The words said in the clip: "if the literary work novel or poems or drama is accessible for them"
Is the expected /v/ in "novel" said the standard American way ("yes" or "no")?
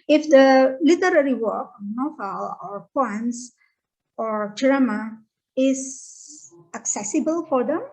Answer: no